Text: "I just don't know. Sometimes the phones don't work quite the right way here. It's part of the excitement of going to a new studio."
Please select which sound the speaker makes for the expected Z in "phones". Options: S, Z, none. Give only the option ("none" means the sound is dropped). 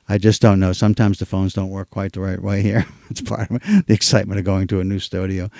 Z